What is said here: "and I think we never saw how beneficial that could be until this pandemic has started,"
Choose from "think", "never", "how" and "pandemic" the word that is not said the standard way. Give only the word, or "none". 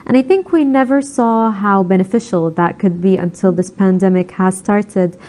none